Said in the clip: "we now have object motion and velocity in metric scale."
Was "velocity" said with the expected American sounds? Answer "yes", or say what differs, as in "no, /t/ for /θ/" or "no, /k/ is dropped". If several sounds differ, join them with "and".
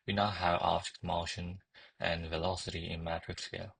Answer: yes